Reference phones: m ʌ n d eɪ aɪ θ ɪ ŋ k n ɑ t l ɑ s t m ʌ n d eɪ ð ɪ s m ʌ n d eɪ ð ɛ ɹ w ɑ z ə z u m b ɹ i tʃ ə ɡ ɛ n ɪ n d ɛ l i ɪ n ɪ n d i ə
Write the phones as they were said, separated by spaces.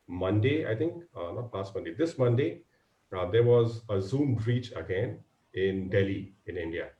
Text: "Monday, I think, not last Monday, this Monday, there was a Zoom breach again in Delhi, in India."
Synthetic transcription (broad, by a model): m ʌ n d eɪ aɪ t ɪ ŋ k n ɑ t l ɑ s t m ʌ n d eɪ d ɪ s m ʌ n d eɪ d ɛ ɹ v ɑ z ə z u m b ɹ i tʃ ə ɡ ɛ n ɪ n d ɛ l i ɪ n ɪ n d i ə